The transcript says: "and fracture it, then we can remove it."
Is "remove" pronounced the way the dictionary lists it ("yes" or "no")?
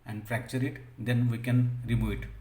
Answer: no